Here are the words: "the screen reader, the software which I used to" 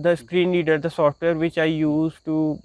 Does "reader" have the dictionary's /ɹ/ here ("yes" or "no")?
no